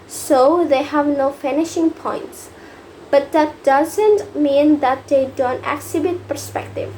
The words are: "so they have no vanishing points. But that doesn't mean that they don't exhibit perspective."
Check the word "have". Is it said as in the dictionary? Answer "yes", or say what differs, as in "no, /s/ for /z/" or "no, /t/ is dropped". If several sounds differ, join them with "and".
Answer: yes